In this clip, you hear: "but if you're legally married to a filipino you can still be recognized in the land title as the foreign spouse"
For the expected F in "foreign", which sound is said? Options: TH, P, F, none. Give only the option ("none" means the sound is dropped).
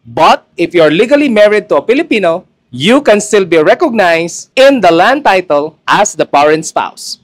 P